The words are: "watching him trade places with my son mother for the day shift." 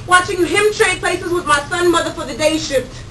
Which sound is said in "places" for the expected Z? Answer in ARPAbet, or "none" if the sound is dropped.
Z